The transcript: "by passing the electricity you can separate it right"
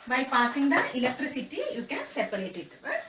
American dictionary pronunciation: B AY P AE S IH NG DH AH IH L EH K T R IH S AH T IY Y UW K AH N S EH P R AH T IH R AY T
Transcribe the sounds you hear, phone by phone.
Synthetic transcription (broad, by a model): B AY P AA S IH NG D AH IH L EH K T R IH S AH T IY Y UW K AH N S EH P AH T IH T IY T